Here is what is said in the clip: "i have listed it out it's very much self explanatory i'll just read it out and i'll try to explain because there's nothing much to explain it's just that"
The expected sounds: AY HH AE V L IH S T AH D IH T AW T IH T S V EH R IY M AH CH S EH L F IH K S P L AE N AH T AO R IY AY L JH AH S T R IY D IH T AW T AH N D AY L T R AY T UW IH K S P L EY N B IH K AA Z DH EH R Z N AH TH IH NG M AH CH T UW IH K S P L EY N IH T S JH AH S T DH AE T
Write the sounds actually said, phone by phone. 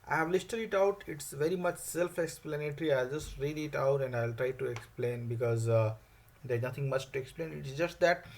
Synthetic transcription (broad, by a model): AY HH AE V L IH S T AH D IH T AW T IH T S V EH R IY M AH CH S EH L F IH K S P L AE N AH T R IY AY L JH AH S T R IY D IH T AW T AH N D AY L T R AY T UW IH K S P L EY N B IH K AA Z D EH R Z N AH T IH NG M AH CH T UW IH K S P L EY N IH T S JH AH S T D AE T